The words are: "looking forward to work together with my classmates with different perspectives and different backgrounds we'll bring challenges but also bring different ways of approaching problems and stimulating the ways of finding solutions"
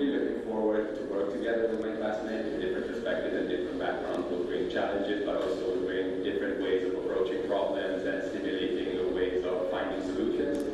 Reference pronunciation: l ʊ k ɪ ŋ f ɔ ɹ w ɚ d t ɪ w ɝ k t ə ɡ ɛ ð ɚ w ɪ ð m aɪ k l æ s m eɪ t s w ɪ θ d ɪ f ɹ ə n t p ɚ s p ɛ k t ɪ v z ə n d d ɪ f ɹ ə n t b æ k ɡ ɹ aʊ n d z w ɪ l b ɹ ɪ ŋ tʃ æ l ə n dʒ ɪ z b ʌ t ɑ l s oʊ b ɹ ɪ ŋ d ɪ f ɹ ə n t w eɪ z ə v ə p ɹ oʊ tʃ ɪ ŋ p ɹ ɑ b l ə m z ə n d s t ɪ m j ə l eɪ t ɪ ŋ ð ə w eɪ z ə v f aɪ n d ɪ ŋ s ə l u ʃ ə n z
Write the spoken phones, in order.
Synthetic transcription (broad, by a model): l ʊ k ɪ ŋ f ɔ ɹ w ɚ d t ɪ w ɝ k t ə ɡ ɛ ð ɚ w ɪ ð m aɪ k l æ s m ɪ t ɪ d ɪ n d ɪ f ɹ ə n p ɚ s p ɛ k t ɪ v z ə n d d ɪ f ɹ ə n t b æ k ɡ ɹ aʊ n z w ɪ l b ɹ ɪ tʃ æ l ə n dʒ ɪ z b ʌ t ɑ l s oʊ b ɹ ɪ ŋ d ɪ f ɹ ə n t w eɪ z ə v ə p ɹ oʊ tʃ ɪ ŋ p ɹ ɑ b l ə m z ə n s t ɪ m j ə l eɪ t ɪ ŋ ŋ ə w eɪ z ə v f aɪ n d ɪ ŋ s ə l u ʃ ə n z